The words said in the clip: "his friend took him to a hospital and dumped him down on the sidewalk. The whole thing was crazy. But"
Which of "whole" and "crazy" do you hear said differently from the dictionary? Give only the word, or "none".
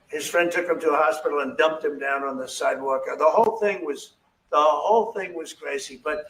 crazy